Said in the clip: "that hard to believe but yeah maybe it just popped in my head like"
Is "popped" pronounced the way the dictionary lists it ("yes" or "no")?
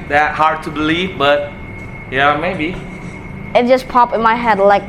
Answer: no